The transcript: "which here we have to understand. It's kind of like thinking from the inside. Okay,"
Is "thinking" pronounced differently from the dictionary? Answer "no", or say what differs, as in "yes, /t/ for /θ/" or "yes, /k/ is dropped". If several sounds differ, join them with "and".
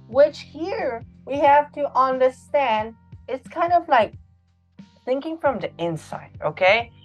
no